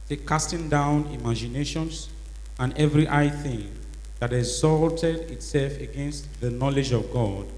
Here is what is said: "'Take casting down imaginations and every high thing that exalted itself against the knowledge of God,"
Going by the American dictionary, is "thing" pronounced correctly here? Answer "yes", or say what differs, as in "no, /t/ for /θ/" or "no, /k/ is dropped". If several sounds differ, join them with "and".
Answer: yes